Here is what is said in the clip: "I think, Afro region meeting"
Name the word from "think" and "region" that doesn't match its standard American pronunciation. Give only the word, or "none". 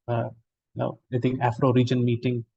think